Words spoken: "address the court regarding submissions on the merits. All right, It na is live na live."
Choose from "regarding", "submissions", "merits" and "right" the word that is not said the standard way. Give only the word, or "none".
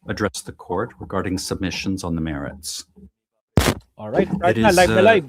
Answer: none